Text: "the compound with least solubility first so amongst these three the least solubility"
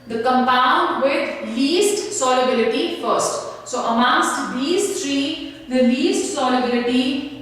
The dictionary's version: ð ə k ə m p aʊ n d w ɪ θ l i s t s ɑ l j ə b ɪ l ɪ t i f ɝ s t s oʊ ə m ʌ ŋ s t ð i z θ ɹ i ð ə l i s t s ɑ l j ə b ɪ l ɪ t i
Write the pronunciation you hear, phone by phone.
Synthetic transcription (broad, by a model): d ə k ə m p aʊ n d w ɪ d l i s t s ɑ l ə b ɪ l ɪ t i f ɝ s t s oʊ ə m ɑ s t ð i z t ɹ i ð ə l i s t s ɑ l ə b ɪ l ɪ t i